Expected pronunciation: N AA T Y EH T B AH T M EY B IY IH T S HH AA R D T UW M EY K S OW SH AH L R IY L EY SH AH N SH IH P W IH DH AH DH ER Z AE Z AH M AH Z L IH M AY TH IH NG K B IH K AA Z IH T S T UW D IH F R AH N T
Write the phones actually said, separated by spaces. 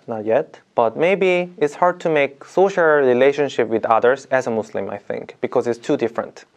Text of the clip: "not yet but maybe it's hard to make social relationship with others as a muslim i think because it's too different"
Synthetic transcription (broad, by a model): N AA T Y EH T B AH T M EY B IY IH T S HH AA R D T UW M EY K S OW SH AH L R IY L EY SH AH N SH IH P W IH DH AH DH ER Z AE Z AH M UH S L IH M AY TH IH NG K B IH K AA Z IH T S T UW D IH F R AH N T